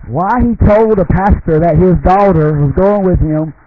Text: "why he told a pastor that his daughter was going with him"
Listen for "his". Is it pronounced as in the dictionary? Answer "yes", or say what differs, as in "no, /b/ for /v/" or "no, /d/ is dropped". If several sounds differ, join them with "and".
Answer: yes